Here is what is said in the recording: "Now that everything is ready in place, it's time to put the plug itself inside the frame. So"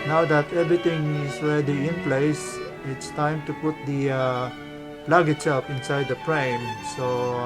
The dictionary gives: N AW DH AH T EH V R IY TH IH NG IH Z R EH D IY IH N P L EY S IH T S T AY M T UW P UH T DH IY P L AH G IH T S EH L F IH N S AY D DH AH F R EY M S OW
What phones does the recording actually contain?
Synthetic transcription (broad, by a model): N AW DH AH T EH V R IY T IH NG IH S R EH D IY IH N P L EY S IH T S T AY M T UW P UH T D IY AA L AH G IH T S EH L F IH N S AY D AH P R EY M S OW